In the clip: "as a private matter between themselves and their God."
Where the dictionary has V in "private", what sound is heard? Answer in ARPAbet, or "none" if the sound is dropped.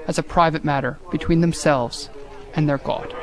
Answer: V